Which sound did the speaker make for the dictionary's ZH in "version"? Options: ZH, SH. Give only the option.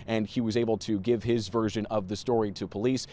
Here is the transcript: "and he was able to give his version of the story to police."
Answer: ZH